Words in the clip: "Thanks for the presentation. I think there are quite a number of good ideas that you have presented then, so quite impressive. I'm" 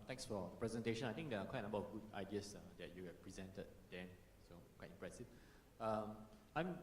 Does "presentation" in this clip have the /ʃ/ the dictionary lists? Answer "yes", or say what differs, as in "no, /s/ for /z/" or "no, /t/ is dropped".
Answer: yes